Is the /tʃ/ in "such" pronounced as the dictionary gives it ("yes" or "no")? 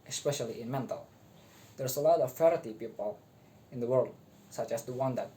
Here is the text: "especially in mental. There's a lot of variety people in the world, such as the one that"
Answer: yes